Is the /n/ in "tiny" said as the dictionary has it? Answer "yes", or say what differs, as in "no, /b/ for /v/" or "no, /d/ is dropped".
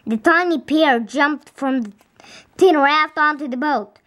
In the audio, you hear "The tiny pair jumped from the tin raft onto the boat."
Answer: yes